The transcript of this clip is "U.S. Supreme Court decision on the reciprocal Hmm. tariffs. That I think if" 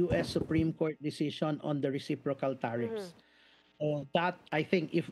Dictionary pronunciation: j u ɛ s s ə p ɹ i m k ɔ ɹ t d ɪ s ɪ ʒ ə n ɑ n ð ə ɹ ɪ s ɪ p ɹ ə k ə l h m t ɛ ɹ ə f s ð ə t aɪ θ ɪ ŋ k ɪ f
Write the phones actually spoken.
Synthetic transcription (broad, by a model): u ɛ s s ə p ɹ i m k ɔ ɹ t d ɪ s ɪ s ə n ɑ n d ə ɹ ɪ s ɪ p ɹ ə k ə l t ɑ ɹ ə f s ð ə t aɪ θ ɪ ŋ k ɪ f